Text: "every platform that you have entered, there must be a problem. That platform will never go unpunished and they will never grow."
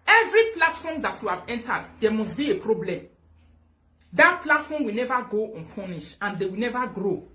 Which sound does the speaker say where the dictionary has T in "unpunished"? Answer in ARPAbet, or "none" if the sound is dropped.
none